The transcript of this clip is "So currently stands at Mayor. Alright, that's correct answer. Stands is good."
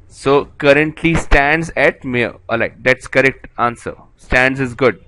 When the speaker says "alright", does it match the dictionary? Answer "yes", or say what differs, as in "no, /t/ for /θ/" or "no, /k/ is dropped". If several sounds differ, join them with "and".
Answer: no, /ɹ/ is dropped